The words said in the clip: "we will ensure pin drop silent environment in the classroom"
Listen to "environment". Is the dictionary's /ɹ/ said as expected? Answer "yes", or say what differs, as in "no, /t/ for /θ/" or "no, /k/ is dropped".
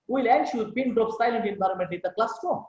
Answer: yes